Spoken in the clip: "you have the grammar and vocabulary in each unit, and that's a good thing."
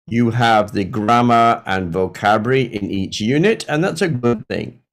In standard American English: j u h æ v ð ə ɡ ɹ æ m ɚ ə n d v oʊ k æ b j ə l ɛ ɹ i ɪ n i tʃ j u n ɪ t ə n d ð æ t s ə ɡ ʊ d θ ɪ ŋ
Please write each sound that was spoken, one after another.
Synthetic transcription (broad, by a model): j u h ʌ v ð ə ɡ ɹ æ m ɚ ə n v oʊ k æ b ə ɹ i ɪ n i tʃ j u n ɪ t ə n ð æ t s ə ɡ ʊ d θ ɪ ŋ